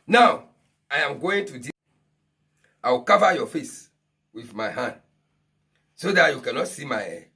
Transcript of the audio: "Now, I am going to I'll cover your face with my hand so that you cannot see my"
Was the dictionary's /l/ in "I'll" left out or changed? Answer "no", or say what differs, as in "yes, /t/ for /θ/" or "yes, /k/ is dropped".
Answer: yes, /w/ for /l/